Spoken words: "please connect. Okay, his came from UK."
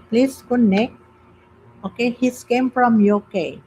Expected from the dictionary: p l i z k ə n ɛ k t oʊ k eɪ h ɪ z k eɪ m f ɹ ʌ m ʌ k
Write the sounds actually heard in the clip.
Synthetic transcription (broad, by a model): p l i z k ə n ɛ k oʊ k eɪ h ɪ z k eɪ m f ɹ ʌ m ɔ k